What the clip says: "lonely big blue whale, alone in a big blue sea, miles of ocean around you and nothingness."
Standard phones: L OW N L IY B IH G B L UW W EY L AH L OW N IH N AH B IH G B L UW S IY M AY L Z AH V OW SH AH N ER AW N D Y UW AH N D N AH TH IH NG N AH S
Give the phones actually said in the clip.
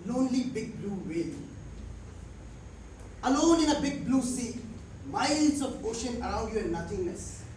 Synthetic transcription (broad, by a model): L OW N L IY B IH G B L UW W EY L AH L OW N IH N AH B IH G B L UW S IY M AY L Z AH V OW SH AH N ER AW N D Y UW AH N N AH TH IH NG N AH S